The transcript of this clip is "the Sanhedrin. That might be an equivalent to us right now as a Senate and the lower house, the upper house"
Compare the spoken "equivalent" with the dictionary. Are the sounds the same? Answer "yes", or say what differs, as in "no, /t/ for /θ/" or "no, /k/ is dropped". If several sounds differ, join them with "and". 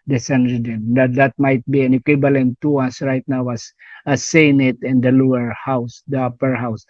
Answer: no, /b/ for /v/